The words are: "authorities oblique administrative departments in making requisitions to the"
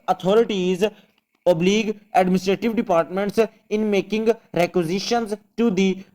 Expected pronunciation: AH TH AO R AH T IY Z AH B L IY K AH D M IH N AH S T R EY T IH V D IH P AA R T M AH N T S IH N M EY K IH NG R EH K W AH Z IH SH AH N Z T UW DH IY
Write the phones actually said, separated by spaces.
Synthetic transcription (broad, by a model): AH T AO R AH T IY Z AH B L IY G AH D M IH N AH S T R EY T IH V D IH P AA R T M AH N T S IH N M EY K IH NG R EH K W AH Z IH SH AH N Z T UW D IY